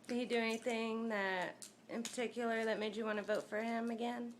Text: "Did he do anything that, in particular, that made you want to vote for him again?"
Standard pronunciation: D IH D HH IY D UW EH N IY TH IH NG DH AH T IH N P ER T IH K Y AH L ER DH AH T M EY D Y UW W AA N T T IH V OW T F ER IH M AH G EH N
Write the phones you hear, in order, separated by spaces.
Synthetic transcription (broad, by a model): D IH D HH IY D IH EH N IY TH IH NG DH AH T IH N P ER T IH K Y L ER DH AH T M EY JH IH W AA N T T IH V OW T F ER IH M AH G EH N